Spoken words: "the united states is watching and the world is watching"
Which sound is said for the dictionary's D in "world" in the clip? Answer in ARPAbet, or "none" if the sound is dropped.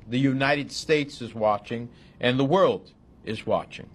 D